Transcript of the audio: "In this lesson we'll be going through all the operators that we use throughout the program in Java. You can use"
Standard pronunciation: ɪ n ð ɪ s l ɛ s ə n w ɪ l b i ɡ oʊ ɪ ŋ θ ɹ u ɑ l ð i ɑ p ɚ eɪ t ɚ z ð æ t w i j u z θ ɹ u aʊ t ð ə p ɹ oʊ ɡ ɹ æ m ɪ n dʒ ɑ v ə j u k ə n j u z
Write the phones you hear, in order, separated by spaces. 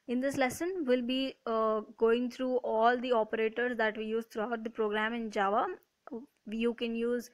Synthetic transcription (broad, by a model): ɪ n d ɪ s l ɛ s ə n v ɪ l b i ɡ oʊ ɪ ŋ t ɹ u ɑ l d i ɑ p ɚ eɪ t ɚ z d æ t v i j u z t ɹ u aʊ t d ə p ɹ oʊ ɡ ɹ æ m ɪ n dʒ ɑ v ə j u k ə n j u z